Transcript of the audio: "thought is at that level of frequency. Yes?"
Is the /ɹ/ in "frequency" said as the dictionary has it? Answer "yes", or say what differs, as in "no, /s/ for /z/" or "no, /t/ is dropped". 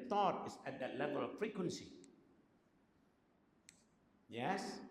yes